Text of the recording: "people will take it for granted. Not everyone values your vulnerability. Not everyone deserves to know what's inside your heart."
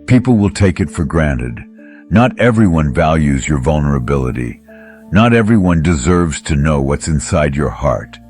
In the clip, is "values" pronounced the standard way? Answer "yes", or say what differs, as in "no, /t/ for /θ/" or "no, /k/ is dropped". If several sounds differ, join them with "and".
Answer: yes